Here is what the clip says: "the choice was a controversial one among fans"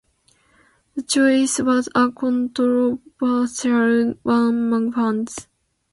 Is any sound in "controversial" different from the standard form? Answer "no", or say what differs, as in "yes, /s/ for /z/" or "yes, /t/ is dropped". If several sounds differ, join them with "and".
yes, /b/ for /v/ and /s/ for /ʃ/